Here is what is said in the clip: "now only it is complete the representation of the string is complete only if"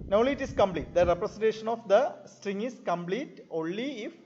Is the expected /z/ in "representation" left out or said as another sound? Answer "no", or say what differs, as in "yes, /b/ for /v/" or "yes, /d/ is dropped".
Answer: yes, /s/ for /z/